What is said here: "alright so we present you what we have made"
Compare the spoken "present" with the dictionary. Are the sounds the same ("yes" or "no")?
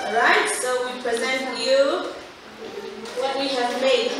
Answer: yes